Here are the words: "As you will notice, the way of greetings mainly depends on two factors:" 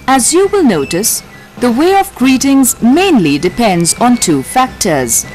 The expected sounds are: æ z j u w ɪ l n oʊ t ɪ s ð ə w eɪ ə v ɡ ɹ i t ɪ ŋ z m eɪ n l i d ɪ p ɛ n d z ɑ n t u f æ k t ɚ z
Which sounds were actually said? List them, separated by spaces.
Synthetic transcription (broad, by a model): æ z j u w ɪ l n oʊ t ɪ s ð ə w eɪ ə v ɡ ɹ i t ɪ ŋ z m eɪ n l i d ɪ p ɛ n d z ɑ n t u f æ k t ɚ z